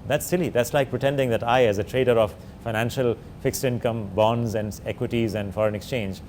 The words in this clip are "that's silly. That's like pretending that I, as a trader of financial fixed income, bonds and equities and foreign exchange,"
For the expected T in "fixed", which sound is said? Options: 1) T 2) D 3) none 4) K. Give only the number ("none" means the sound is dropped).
1